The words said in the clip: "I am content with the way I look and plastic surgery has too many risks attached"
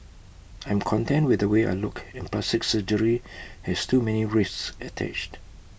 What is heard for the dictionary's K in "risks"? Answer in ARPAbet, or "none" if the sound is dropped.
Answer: none